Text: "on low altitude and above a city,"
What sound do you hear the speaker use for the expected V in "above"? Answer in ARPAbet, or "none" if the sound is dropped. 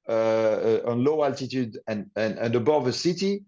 V